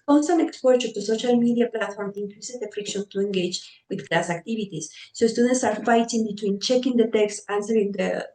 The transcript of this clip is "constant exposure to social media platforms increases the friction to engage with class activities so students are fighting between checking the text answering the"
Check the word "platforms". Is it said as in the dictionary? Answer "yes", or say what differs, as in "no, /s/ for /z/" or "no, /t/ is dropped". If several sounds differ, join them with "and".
no, /z/ is dropped